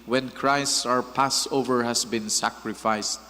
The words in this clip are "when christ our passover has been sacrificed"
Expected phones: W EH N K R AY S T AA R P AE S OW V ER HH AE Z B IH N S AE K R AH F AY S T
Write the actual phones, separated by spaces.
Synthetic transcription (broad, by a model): W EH N K R AY S T AA R P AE S OW V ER HH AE S B IH N S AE K R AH F AY S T